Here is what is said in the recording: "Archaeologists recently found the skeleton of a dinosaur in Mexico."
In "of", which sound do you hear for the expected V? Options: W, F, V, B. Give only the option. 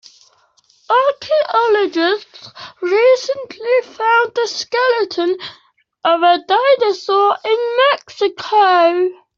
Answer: V